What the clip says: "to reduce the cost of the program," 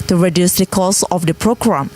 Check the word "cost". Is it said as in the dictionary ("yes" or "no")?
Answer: no